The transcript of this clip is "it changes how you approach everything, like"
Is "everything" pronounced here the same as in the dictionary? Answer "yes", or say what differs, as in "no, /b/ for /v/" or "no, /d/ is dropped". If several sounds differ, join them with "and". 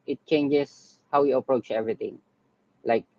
no, /t/ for /θ/